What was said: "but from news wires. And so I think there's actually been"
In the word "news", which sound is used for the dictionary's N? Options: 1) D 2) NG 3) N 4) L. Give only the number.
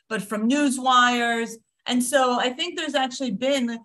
3